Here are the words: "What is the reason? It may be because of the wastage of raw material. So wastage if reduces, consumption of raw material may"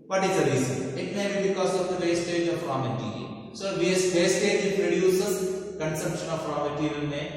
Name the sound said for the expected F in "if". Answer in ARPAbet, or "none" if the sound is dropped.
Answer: P